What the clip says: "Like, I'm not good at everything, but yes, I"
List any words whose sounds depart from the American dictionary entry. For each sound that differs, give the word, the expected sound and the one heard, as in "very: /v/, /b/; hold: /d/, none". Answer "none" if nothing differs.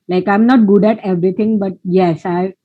everything: /θ/, /t/